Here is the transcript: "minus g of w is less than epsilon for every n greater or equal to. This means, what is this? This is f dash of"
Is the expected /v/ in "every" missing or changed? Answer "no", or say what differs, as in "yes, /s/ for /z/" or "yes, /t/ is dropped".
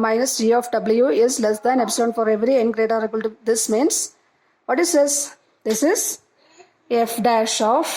no